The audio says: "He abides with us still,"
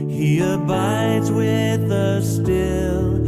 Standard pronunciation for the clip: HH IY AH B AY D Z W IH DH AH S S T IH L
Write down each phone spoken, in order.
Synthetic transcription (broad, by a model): HH IY AH B AY D Z W IH DH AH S S T IH L